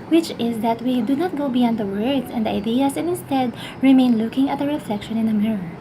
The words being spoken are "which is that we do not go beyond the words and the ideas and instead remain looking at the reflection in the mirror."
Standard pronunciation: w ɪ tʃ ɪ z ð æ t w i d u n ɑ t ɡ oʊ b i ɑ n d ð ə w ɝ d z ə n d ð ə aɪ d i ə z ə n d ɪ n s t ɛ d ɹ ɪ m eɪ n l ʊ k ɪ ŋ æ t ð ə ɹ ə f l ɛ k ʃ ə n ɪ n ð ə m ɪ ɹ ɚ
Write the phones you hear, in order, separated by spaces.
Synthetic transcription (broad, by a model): w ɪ tʃ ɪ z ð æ t w i d u n ɑ t ɡ oʊ b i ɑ n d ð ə w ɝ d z ə n d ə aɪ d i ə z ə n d ɪ n s t ɛ d ɹ ɪ m eɪ n l ʊ k ɪ ŋ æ t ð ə ɹ ə f l ɛ k ʃ ə n ɪ n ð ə m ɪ ɹ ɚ